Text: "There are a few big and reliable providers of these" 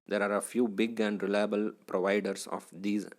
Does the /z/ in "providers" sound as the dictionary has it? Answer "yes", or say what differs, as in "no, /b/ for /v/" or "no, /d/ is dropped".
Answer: no, /s/ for /z/